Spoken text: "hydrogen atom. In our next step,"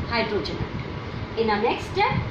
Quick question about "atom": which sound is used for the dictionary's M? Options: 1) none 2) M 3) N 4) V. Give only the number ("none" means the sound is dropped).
1